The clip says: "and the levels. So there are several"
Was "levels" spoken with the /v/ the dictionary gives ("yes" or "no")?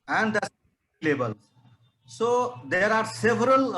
no